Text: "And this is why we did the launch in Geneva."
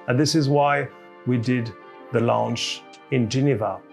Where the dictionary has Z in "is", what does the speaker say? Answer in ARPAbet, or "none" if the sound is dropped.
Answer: Z